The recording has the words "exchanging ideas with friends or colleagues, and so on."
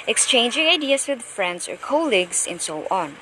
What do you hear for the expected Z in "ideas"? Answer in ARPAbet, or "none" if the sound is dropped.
S